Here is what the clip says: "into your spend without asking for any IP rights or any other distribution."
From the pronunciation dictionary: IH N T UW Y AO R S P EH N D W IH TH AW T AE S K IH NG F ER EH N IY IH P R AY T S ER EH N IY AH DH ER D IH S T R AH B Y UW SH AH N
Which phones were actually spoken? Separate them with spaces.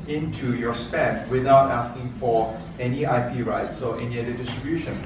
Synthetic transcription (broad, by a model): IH N T UW Y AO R S P EH N D W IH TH AW T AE S K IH NG F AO EH N IY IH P R AY T S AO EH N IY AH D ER D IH S T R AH B Y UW SH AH N